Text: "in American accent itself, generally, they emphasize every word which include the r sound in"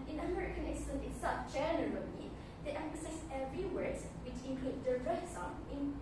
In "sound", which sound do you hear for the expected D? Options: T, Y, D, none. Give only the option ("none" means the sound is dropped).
none